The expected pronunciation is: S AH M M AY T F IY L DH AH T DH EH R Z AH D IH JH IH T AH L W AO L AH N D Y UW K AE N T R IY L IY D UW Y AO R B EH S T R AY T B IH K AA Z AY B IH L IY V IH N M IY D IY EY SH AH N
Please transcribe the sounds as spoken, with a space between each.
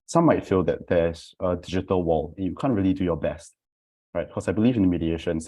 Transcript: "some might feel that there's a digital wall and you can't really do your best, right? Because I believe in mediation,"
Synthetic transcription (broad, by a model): S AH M M AY T F IY L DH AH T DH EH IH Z AH D IH JH IH T AH L W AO L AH N Y UW K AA N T R IY L IY D UW Y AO B EH S T R AY T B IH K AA S AY B IH L IY V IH N M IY D IY EY SH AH N